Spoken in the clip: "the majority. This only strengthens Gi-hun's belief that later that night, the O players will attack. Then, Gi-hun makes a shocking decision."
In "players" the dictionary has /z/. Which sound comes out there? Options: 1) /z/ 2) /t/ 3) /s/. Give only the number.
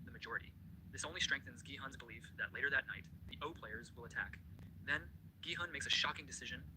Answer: 1